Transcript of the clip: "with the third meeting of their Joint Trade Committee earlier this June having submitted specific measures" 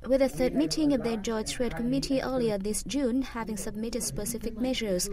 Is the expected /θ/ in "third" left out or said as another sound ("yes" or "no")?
no